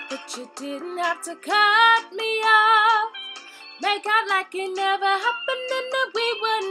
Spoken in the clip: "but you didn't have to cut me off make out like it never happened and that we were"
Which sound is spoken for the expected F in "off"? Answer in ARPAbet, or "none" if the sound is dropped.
P